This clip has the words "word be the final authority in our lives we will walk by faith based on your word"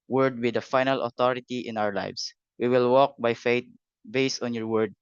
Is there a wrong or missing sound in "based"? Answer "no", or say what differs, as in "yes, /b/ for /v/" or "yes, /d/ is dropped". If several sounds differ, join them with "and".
no